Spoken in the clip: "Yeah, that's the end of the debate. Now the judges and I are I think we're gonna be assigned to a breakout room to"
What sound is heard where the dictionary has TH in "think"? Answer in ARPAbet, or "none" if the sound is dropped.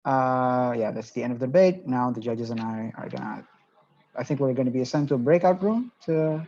TH